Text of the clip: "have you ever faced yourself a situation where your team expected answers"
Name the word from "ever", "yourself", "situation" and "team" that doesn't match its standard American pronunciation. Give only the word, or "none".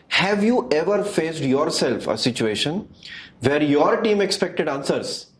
none